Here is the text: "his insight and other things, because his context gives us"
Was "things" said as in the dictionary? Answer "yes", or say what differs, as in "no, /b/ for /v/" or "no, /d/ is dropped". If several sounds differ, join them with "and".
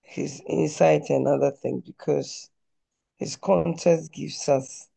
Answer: no, /z/ is dropped